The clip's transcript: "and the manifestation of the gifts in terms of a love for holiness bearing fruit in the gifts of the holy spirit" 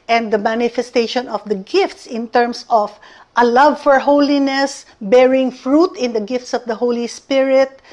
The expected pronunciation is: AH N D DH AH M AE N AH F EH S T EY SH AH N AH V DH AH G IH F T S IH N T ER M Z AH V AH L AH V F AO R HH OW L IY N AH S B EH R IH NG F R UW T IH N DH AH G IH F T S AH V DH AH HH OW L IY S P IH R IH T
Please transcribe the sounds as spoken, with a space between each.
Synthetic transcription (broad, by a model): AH N D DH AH M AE N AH F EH S T EY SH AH N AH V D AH G IH F T S IH N T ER M S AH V AH L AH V F AO R HH OW L IY N AH S B EH R IH NG F R UW T IH N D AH G IH F T S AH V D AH HH OW L IY S P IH R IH T